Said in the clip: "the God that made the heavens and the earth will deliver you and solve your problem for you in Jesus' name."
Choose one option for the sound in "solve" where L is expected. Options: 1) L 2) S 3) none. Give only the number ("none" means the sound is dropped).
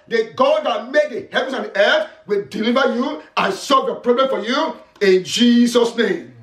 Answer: 3